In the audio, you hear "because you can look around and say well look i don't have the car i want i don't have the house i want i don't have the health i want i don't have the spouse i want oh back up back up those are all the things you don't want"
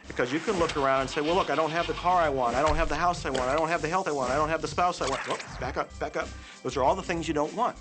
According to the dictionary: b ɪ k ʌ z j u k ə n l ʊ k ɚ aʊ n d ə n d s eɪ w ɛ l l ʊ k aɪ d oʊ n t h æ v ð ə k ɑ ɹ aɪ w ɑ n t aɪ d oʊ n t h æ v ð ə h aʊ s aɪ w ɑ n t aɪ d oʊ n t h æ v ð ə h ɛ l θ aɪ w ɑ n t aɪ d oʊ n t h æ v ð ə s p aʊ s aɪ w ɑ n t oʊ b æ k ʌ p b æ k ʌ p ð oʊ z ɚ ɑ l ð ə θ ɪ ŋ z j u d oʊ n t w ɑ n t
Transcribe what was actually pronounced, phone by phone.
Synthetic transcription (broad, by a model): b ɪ k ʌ z j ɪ k ə n l ʊ k ɚ aʊ n d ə n s eɪ w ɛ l l ʊ k aɪ d oʊ n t h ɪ v ð ə k ɑ ɹ aɪ w ɑ n t aɪ d oʊ n t h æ v ð ə h aʊ s aɪ w ɑ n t aɪ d oʊ n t h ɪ v ð ə h ɛ l θ aɪ w ɑ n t aɪ d oʊ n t h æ v ð ə s p aʊ s aɪ w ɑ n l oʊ b æ k ʌ p b æ k ʌ p ð oʊ z ɚ ɑ l ð ə θ ɪ ŋ z j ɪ d oʊ n t w ɑ n t